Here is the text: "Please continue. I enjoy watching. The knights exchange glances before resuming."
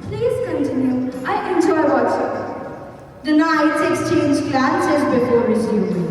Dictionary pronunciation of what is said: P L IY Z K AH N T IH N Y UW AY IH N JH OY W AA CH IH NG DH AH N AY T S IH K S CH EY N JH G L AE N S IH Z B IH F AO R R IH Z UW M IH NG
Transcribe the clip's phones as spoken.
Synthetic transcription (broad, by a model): P L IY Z K AH N T IH N Y UW AY IH N JH OY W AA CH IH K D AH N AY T IH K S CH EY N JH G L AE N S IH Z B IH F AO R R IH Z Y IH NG